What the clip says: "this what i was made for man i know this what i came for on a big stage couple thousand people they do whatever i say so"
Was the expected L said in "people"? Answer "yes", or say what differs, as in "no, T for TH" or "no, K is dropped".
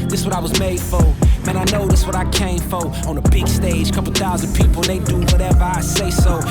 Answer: no, N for L